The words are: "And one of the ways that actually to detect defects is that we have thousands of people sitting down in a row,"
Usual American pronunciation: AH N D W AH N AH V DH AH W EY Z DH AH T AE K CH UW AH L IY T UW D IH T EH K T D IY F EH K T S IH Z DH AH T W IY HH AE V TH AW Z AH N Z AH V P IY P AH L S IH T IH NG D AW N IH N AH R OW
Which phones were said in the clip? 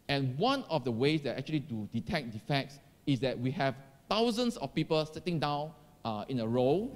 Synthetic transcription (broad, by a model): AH N W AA N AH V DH AH W EY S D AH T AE K CH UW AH L IY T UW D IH T EH K D IY F EH K T S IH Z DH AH T W IY HH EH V T AW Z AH N S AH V P IY P AH L S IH T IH NG D AW N IH N AH R OW